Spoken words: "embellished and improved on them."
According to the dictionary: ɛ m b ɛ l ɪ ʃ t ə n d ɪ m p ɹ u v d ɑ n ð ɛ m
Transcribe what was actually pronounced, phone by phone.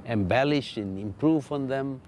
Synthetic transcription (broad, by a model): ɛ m b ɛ l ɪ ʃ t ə n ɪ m p ɹ u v ɑ n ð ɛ m